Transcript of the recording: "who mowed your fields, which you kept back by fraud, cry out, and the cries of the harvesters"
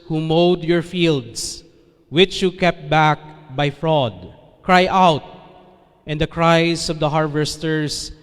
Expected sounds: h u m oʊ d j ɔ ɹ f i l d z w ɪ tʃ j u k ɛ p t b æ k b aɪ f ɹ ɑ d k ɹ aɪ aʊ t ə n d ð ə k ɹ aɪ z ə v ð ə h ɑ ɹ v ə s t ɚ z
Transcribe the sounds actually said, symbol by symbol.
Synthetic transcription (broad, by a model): h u m oʊ d j ɔ ɹ f i l d s w ɪ tʃ j u k ɛ p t b æ k b aɪ f ɹ ɑ d k ɹ aɪ aʊ t ə n d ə k ɹ aɪ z ə v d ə h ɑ ɹ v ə s t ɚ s